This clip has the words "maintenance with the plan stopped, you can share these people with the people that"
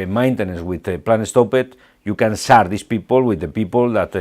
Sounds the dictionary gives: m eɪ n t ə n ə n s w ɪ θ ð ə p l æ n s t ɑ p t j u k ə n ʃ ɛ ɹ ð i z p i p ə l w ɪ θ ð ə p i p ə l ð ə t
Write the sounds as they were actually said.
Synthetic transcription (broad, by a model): m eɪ n t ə n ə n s w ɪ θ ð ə p l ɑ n s t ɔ p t j u k ə n s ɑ ɹ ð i s p i p ə l w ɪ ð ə p i p ə l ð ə t